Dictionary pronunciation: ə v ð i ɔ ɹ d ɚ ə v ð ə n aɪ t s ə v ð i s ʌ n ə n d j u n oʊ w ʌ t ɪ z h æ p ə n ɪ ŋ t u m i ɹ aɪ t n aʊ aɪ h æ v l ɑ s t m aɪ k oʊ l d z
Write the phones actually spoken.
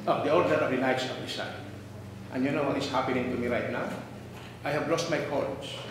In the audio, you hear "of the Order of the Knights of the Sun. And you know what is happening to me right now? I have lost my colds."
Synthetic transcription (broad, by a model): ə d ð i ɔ l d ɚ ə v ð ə n aɪ t s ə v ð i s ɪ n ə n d j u n oʊ w ʌ t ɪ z h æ p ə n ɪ ŋ t u m i ɹ aɪ t n aʊ aɪ h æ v l ɑ s t m aɪ k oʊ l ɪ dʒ